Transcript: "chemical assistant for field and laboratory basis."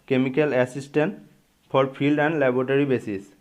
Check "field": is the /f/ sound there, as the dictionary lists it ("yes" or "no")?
no